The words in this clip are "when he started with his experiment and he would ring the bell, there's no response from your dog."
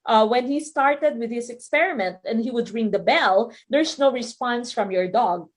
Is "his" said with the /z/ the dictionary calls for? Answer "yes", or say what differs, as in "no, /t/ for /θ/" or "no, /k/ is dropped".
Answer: no, /s/ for /z/